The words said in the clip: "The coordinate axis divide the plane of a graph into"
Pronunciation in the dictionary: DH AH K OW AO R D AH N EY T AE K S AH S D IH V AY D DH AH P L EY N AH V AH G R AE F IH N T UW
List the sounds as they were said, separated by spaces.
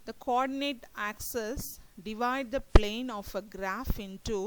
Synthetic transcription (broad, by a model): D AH K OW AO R D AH N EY T AE K S AH S D IH V AY D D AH P L EY N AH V AH G R AE F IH N T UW